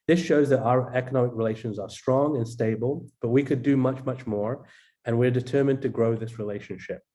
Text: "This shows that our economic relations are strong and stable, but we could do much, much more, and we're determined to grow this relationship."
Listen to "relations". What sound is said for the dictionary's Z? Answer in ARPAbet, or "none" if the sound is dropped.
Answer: Z